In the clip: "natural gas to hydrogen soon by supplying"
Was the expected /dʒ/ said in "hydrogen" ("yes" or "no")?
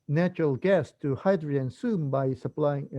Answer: no